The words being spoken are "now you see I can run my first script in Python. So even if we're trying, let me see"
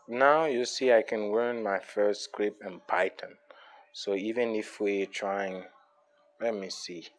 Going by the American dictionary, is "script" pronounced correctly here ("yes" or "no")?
no